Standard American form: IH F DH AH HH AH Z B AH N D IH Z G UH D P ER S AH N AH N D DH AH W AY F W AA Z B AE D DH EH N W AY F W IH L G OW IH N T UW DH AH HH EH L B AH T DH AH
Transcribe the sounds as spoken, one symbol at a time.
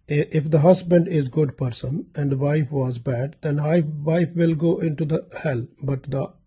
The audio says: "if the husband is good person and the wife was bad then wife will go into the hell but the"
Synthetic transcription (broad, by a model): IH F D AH HH AH Z B AH N D IH Z G UH D P ER S AH N AH N D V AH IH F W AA Z B AE D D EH N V AY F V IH L G OW IH N T UW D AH HH EH L B AH T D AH